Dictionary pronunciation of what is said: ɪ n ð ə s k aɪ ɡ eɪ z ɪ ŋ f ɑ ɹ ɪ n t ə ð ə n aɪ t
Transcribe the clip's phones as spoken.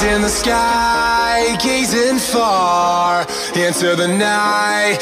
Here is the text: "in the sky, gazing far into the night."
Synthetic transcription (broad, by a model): ɪ n ð ə s k aɪ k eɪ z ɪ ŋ f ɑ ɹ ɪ n s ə ð ə n aɪ t